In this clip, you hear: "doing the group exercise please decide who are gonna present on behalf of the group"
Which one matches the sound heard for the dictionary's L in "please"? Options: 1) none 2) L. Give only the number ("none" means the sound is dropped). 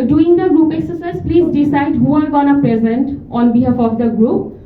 2